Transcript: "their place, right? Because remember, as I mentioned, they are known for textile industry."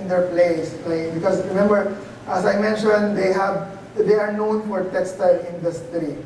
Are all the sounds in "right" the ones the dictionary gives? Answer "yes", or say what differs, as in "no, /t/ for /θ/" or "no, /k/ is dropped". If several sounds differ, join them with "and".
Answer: no, /l/ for /ɹ/